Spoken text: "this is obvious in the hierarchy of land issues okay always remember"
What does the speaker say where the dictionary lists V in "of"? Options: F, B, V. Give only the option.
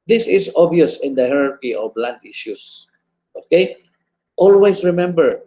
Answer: B